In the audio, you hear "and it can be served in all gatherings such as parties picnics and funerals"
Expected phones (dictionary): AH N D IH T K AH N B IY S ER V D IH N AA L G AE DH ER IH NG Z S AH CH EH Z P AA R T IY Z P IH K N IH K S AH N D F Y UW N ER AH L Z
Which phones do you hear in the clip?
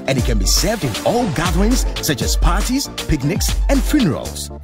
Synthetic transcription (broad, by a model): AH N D IH T K AH N B IY S ER V D IH N AA L G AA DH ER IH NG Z S AH CH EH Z P AA R T IY Z P IH K N IH K S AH N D F Y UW N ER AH L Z